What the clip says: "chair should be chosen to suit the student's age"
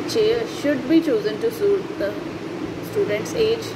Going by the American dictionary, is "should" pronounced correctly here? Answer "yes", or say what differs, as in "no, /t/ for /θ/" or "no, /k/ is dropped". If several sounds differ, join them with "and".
yes